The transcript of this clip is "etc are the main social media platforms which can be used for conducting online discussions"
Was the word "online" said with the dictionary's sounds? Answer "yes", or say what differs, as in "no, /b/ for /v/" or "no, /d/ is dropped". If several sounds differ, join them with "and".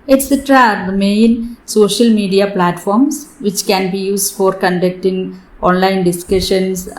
yes